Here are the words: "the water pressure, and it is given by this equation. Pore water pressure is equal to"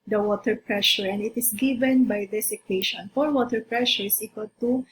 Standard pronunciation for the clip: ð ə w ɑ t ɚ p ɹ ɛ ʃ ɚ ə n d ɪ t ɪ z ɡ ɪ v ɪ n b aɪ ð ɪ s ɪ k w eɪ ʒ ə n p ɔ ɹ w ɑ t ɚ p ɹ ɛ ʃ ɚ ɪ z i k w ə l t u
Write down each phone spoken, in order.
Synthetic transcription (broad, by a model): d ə w ɑ t ɚ p ɹ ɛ ʃ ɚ ə n d ɪ t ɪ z ɡ ɪ v ɪ n b aɪ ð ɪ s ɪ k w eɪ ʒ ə n f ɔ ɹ w ɑ t ɚ p ɹ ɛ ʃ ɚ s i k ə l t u